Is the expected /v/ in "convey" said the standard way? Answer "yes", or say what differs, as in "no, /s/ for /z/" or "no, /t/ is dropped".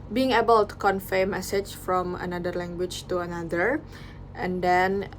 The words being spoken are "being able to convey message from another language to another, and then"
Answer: no, /f/ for /v/